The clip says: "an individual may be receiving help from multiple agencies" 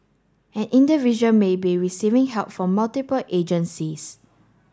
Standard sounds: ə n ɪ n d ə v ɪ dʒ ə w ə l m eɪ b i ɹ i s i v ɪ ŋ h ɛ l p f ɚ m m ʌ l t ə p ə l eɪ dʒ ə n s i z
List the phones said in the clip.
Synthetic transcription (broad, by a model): ə n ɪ n d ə v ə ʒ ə n m eɪ b i ɹ i s i v ɪ ŋ h ɛ l p f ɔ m m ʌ l t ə p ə l eɪ dʒ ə n s i s